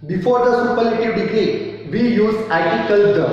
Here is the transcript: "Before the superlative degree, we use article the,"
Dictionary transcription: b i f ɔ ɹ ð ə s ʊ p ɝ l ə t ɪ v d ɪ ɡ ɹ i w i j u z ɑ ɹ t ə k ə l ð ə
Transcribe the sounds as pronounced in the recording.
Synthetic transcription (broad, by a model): b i f ɔ ɹ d ə s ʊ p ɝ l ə t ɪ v d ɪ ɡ ɛ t i j u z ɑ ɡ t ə k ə l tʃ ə